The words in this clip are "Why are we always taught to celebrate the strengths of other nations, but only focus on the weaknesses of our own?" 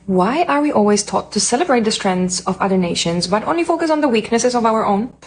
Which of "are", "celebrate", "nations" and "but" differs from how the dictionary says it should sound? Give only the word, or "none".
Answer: none